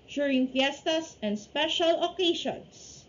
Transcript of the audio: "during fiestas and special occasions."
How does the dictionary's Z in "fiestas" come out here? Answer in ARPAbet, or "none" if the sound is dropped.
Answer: S